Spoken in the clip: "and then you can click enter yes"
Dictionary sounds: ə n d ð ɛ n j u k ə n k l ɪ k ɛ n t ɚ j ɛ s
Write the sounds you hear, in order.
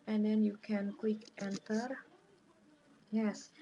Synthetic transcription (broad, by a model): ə n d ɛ n j u k ə n k w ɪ k ɛ n t ɚ j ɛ s